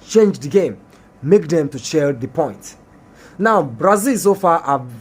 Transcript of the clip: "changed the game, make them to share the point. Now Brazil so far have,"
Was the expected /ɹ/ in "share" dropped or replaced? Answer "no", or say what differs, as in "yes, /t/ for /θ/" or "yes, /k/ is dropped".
yes, /l/ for /ɹ/